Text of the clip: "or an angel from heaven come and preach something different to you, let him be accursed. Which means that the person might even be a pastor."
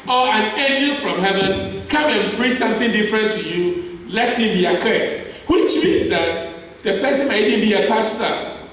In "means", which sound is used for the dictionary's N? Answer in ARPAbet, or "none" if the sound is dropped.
none